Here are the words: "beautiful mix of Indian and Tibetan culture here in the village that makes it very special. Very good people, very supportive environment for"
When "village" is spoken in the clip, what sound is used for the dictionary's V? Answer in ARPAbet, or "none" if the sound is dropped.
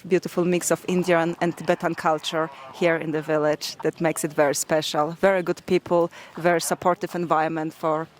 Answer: V